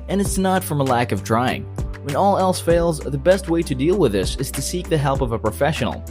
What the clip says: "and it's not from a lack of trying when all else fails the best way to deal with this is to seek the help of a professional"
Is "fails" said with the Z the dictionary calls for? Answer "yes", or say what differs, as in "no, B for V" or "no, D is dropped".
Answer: yes